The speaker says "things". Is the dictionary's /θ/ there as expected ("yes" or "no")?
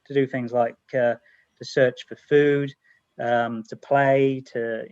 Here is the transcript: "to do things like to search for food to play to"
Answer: yes